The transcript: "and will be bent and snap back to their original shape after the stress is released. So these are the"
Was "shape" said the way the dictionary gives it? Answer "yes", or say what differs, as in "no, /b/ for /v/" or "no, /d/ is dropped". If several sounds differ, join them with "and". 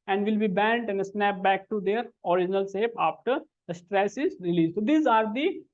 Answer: no, /s/ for /ʃ/